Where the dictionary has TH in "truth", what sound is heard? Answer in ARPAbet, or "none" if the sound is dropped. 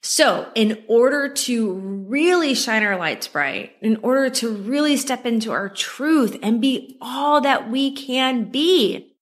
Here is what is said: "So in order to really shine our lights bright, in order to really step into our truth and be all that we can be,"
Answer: TH